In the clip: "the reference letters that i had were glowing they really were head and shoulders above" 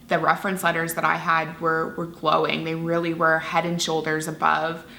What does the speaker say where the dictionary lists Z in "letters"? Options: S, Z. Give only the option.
Z